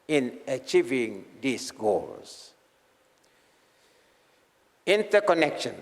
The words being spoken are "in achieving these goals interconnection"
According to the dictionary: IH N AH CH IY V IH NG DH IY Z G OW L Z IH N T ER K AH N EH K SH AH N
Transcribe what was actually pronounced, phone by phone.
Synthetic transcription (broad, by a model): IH N AH CH IY V IH NG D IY S G OW L S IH N T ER K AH N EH K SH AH N